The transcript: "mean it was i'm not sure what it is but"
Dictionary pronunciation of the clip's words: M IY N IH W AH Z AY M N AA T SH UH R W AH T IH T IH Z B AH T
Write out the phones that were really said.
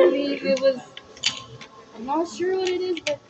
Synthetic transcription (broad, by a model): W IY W IH W AH Z AY M N AA T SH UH R W AH T IH T IH Z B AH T